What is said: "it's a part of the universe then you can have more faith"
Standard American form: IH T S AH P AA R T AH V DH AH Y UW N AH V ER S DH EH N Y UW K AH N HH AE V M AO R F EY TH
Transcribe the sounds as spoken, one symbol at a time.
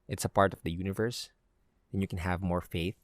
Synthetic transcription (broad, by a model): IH T S AH P AA R T AH V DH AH Y UW N AH V ER S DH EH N Y UW K AH N HH AE V M AO R F EY TH